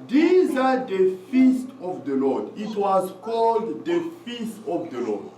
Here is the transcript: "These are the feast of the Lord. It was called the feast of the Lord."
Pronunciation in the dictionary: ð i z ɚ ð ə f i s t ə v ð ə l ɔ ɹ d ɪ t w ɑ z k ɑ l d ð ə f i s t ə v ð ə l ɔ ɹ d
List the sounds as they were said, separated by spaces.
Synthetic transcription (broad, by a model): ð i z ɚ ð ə f i s t ə v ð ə l ɔ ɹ d ɪ t w ɑ z k ɑ l d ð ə f i s t ə v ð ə l ɔ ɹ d